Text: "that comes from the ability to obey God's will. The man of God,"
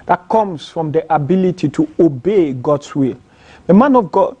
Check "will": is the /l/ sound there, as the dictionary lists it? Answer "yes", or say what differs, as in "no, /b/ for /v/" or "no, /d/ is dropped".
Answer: yes